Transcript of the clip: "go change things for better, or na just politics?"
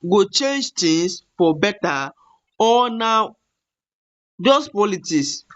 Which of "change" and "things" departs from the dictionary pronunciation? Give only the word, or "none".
things